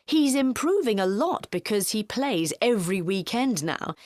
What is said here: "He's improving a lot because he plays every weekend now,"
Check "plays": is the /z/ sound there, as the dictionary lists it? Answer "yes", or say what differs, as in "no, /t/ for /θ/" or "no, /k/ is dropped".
yes